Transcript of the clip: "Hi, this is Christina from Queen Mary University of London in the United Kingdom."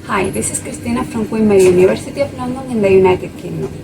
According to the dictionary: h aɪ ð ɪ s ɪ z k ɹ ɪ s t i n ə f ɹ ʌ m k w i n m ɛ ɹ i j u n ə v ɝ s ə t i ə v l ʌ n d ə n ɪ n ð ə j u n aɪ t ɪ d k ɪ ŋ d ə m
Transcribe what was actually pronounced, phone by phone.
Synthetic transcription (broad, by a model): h aɪ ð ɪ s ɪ s k ɹ ɪ s t i n ə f ɹ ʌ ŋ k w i m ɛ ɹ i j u n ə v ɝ s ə t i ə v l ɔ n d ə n ɪ n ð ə j u n aɪ t ɪ d k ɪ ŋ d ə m